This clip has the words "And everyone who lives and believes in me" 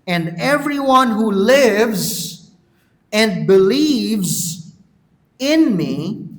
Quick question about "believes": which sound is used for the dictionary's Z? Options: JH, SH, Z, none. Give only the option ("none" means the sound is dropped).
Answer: Z